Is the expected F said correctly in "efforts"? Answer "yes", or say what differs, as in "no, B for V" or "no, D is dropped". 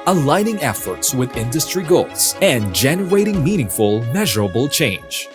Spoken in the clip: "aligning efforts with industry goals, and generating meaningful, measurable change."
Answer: yes